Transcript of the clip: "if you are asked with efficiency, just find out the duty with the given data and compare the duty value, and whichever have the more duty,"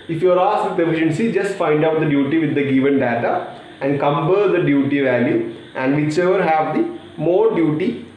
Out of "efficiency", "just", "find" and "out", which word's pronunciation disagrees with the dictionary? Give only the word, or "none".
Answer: none